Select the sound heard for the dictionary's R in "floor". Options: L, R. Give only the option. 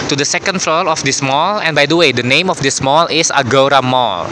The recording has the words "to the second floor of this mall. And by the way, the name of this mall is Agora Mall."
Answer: L